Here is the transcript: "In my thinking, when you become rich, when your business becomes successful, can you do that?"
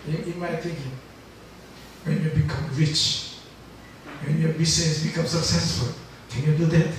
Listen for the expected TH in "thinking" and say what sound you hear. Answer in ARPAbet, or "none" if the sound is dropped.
T